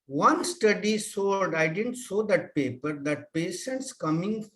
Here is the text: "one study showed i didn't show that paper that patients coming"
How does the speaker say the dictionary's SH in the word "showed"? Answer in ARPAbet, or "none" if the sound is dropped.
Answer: S